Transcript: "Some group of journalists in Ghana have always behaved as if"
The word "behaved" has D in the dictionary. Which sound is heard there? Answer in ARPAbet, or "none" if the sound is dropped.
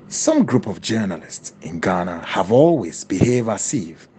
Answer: none